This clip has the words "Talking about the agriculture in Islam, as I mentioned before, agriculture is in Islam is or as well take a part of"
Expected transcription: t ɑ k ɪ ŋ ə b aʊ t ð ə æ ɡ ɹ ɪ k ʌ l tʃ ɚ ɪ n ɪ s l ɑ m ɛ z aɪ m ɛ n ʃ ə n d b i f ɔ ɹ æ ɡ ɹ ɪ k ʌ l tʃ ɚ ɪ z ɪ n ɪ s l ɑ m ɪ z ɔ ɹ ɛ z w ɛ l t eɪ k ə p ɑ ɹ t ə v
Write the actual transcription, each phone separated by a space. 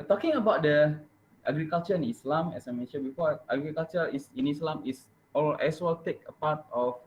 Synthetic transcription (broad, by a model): t ɑ k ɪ ŋ ə b aʊ t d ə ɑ ɡ ɹ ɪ k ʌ l tʃ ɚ ɪ n ɪ s l ɑ m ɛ s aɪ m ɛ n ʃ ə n b i f ɔ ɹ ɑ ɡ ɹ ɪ k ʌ l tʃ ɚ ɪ s ɪ n ɪ s l ɑ m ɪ s ɔ l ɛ s w ɛ l t eɪ k ə p ɑ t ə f